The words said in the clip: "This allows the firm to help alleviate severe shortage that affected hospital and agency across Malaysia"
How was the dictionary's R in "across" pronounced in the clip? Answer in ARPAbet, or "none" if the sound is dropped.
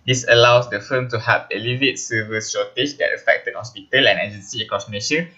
none